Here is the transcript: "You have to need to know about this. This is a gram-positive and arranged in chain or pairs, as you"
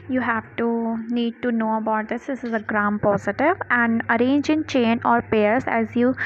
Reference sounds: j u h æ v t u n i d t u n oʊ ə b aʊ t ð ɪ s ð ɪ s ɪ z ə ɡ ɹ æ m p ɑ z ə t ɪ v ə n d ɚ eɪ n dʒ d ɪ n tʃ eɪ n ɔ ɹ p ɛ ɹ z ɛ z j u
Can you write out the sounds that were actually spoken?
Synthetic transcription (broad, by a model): j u h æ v t u n i d t u n oʊ ə b aʊ t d ɪ s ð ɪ s ɪ z ə ɡ ɹ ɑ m p ɑ z ə t ɪ v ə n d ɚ eɪ n dʒ ɪ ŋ tʃ eɪ n ɔ ɹ p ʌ ɹ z ɛ z j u